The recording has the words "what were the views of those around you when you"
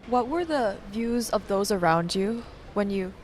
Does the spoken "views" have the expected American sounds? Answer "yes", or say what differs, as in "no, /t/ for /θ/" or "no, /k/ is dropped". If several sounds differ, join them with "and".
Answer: yes